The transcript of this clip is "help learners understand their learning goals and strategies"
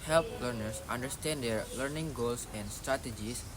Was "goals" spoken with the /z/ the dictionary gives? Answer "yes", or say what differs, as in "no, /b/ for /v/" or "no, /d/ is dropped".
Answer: no, /s/ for /z/